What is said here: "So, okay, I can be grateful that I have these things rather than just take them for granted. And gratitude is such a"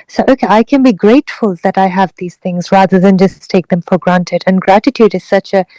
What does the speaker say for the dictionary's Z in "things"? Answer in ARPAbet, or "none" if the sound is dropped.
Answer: Z